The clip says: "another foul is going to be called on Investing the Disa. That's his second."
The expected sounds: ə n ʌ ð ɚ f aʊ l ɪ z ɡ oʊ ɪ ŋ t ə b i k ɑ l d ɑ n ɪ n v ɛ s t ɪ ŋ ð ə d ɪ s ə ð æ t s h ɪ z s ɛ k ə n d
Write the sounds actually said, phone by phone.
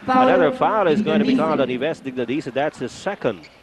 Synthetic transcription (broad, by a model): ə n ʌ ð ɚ f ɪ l ɪ z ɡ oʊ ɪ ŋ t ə b i k ɑ l d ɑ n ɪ v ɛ s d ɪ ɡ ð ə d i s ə ð æ t s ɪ s ɛ k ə n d